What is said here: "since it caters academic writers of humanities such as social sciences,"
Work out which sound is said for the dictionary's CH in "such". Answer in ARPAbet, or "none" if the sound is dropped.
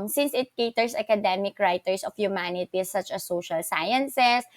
CH